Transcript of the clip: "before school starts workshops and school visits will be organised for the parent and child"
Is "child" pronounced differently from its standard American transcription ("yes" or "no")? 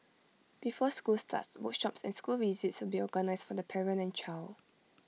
yes